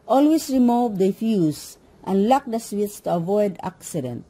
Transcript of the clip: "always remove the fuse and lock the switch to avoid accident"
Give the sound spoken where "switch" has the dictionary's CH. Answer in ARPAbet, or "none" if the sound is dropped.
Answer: S